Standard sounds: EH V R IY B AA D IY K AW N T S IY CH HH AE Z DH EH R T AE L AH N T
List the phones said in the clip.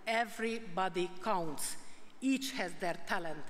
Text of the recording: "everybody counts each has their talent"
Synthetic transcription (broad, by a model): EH V R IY B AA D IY K AW N T S IY CH HH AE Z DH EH R T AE L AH N T